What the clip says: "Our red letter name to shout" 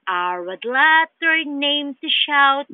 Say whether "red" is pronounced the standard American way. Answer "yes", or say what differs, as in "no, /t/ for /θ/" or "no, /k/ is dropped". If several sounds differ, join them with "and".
no, /w/ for /ɹ/